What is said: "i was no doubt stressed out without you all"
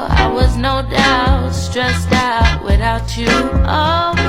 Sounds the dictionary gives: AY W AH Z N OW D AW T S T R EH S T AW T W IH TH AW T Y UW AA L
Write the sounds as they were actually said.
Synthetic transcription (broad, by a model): AY W AH Z N OW D AW T S T R EH S T AW T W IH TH AW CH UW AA